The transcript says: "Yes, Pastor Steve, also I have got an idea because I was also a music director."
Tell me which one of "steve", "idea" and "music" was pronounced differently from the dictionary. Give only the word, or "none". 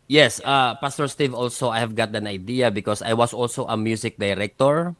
music